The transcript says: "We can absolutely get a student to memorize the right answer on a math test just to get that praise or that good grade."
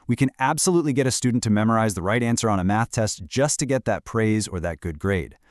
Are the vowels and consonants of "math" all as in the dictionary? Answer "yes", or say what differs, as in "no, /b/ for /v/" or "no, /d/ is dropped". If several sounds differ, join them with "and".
yes